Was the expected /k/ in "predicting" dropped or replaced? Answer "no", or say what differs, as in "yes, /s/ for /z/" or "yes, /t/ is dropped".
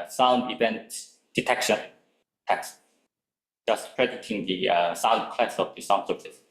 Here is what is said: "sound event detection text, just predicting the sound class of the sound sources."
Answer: yes, /k/ is dropped